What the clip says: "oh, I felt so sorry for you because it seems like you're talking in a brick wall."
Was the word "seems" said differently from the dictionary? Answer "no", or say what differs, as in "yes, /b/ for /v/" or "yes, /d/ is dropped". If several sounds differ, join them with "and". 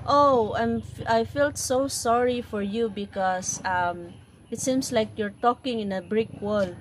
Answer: yes, /s/ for /z/